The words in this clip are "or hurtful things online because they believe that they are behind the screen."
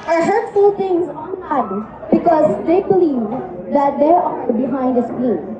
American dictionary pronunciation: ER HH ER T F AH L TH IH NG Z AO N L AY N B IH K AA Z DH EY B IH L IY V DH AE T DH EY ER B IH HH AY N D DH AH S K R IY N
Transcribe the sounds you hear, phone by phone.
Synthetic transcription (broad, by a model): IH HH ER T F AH L T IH NG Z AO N AY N B IH K AA Z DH EY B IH L IY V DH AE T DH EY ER B IH HH AY N D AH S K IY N